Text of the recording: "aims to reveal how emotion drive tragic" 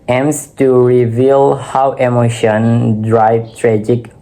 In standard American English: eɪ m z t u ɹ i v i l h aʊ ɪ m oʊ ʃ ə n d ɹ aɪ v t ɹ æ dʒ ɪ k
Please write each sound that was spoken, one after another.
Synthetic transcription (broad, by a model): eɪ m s t u ɹ i v i l h aʊ ɪ m oʊ ʃ ə n d ɹ aɪ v t ɹ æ dʒ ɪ k